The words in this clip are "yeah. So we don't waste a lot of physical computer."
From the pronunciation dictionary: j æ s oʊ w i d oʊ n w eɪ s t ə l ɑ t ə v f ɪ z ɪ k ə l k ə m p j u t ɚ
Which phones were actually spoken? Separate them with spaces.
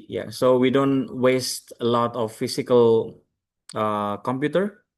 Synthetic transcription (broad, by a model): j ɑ s oʊ w i d oʊ n w eɪ s t ə l ɑ t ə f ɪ s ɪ k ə l k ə m p j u t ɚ